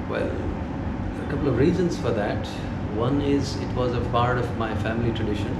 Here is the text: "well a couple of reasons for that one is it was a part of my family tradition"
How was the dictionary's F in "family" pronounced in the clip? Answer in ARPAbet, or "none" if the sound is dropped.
F